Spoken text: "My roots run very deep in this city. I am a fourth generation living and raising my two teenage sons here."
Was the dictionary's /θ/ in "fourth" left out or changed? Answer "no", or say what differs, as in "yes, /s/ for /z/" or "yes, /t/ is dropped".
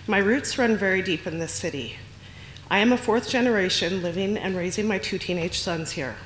no